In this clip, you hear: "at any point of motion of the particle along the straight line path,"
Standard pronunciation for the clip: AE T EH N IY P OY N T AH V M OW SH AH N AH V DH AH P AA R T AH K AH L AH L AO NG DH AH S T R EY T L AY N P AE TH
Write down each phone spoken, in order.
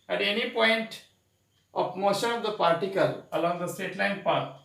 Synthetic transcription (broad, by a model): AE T EH N IY P OY N T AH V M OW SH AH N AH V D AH P AA R T AH K AH L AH L AO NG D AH S T EY T L AY N P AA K